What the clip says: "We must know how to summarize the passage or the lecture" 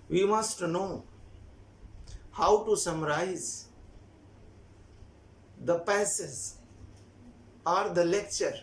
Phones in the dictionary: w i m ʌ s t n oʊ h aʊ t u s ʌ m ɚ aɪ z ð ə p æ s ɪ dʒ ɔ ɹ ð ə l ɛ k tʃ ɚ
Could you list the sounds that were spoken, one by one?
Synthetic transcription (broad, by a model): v i m ʌ s t n oʊ h aʊ t u s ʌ m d aɪ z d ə p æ s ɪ z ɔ ɹ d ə l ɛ k tʃ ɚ